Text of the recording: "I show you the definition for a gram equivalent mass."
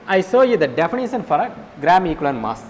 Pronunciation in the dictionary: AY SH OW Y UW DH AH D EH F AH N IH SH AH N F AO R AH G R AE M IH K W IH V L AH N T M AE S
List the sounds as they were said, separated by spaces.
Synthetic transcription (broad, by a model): AY S OW Y UW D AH D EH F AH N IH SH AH N F AO R AH G R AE M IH K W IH L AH N M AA S